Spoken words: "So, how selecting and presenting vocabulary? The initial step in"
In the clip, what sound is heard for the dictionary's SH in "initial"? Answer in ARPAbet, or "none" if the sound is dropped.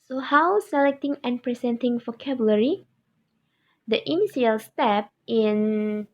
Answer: S